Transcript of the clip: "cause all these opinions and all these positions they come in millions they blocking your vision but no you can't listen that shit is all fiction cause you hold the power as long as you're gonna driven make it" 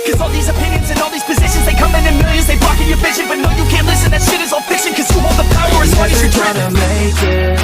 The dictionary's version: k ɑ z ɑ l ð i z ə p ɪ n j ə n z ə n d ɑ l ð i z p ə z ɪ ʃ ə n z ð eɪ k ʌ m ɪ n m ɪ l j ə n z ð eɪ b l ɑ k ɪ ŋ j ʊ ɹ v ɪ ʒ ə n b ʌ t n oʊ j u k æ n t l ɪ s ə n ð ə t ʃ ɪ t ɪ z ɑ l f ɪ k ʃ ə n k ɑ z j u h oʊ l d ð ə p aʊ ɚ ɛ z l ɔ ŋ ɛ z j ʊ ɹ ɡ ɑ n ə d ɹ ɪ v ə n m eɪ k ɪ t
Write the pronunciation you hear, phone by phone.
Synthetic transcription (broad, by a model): k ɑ z ɑ l ð i z ə p ɪ n j ə n z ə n ɑ l ð i z p ə z ɪ ʃ ə n z ð eɪ k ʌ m ɪ n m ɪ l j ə z ð eɪ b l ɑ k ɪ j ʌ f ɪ ʃ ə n b ʌ t n oʊ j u k æ n t l ɪ s ə n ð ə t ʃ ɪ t ɪ z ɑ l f ɪ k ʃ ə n k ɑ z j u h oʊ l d ð ə p aʊ ɚ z w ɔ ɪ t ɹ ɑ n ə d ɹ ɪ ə m eɪ k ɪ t